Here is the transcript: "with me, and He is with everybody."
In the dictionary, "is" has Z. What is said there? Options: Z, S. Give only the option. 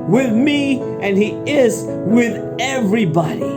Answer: Z